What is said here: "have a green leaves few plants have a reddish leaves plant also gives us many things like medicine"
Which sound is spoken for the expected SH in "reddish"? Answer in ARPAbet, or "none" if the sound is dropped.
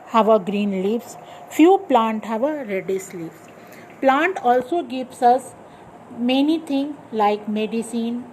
S